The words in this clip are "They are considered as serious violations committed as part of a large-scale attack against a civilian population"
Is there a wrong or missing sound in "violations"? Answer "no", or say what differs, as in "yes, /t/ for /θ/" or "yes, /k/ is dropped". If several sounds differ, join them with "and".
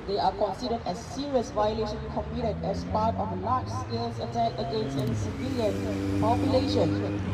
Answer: yes, /z/ is dropped